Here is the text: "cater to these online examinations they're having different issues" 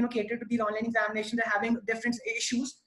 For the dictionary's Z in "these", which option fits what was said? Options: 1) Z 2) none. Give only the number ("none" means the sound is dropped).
2